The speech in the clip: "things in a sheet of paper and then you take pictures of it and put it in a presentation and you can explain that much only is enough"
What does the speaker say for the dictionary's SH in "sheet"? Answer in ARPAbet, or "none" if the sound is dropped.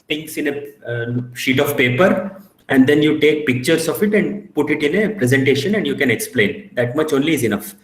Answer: SH